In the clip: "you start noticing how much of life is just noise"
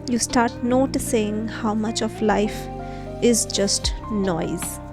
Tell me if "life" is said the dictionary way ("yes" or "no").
yes